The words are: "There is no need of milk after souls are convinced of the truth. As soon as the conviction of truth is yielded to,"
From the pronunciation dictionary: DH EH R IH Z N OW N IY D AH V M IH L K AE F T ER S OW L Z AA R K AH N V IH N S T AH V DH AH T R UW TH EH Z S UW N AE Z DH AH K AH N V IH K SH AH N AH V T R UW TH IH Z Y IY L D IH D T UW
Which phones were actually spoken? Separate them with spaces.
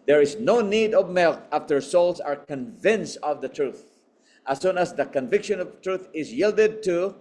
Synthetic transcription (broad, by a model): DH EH R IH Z N OW N IY D AH V M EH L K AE F T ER S OW L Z AA R K AH N V IH N S T AH V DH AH T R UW TH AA S UW N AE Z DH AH K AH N V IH K SH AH N AH V T R UW TH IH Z Y IY L D IH D T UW